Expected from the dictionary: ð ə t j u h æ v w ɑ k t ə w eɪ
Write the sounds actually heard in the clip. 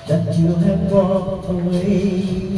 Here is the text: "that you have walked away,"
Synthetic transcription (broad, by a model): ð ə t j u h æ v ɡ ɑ t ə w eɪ